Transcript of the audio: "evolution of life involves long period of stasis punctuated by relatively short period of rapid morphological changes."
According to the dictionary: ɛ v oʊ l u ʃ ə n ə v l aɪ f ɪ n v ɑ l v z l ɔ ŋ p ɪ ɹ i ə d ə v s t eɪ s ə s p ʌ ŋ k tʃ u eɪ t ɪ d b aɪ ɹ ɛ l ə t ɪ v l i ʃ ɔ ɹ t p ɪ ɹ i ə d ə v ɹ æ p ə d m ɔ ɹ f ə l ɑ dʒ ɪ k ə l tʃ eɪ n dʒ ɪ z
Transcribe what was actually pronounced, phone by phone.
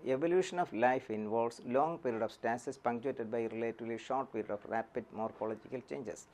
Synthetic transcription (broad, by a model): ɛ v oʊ l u ʃ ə n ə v l aɪ f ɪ n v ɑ l v s l ɔ ŋ p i ɹ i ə d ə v s t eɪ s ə s p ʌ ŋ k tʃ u eɪ t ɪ d b aɪ ɹ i l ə t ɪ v l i ʃ ɔ ɹ t p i ɹ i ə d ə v ɹ æ p ə d m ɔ ɹ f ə l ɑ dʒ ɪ k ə l tʃ eɪ n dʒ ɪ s